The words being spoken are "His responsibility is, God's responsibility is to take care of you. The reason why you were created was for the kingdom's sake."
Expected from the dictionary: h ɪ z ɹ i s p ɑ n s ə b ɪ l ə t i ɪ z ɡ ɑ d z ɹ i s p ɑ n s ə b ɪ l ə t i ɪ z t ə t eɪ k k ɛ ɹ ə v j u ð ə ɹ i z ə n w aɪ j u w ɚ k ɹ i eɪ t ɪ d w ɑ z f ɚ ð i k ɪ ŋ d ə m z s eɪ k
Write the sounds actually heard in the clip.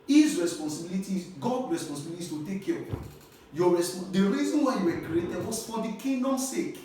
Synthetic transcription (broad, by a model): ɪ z ɹ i s p ɑ n s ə b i l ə t i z ɡ ɑ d ɹ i s p ɑ n s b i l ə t i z t ə t eɪ k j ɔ ɹ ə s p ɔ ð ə ɹ i z ə n w aɪ j u w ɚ k ɹ i eɪ t ɪ d w ɑ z f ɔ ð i k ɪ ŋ d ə m s eɪ k